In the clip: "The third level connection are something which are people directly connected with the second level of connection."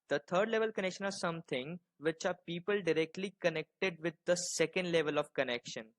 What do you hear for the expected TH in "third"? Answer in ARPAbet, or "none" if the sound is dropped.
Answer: T